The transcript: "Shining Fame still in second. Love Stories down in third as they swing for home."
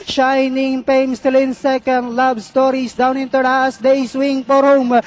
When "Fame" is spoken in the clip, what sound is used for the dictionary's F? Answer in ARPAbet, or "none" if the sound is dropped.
P